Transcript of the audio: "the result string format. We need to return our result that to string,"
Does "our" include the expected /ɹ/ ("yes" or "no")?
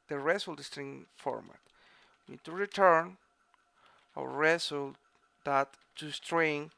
no